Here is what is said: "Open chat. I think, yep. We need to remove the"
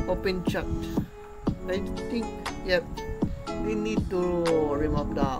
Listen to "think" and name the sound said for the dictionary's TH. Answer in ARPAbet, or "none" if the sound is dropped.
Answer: T